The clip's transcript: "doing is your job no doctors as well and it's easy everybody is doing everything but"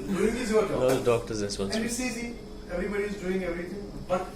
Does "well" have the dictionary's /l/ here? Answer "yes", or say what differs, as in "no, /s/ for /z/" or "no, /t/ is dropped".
no, /n/ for /l/